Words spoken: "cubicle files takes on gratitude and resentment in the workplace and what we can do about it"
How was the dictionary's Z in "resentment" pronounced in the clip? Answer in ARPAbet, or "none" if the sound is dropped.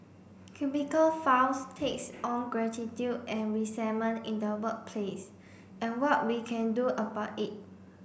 S